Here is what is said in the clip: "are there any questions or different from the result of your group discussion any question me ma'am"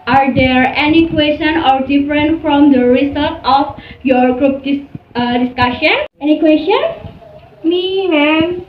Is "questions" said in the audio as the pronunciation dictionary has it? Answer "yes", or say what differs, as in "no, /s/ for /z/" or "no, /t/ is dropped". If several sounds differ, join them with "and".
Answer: no, /z/ is dropped